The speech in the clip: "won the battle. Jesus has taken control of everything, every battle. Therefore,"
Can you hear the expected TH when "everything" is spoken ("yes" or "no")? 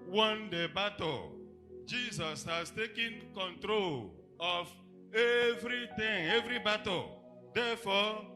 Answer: no